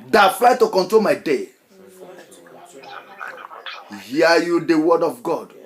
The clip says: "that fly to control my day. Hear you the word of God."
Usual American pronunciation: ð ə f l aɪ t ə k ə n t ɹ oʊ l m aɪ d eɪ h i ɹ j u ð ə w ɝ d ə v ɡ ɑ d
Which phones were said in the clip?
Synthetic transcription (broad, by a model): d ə f l aɪ t ə k ə n t ɹ oʊ l m aɪ d eɪ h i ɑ j u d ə w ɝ d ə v ɡ ɑ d